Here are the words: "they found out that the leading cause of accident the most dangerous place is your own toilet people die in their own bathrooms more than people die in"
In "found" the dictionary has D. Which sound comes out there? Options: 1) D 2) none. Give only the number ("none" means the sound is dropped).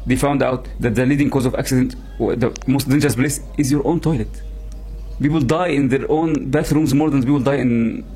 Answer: 1